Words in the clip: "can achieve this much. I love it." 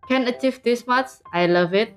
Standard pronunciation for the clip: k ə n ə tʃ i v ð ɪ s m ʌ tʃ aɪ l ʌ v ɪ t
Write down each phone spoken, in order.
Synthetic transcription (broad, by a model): k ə n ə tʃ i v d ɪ s m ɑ s aɪ l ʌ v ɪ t